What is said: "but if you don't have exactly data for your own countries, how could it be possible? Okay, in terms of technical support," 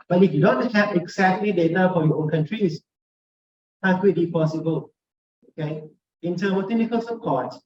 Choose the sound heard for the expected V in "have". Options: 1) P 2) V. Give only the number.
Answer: 1